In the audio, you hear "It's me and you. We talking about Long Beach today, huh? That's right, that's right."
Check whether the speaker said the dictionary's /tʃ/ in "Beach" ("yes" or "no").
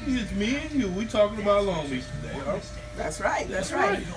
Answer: no